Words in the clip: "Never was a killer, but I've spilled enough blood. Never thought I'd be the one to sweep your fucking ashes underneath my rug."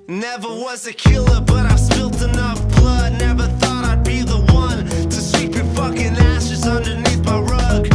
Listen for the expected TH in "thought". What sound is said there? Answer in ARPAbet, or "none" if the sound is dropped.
TH